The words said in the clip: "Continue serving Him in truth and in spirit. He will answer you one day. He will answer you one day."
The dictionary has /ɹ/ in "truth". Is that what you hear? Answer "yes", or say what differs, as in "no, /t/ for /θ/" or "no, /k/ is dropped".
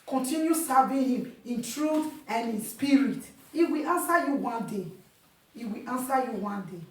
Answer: yes